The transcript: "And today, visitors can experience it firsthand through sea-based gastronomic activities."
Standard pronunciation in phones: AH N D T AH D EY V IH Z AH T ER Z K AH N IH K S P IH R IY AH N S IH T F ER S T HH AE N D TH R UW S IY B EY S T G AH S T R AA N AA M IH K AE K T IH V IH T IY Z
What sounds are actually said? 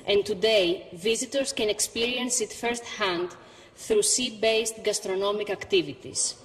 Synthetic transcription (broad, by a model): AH N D T AH D EY V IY Z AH T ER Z K AH N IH K S P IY R IY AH N S IH T F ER S T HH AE N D TH R UW S IY B EY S T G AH S T R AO N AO M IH K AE K T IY V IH T IY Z